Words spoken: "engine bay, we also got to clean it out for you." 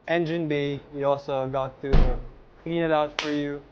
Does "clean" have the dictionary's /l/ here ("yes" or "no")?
no